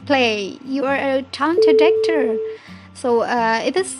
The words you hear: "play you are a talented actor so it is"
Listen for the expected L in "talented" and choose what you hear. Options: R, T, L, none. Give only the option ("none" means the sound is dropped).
none